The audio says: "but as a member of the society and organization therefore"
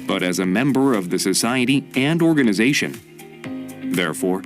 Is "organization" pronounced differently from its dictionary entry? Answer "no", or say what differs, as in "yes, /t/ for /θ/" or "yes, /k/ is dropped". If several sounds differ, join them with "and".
no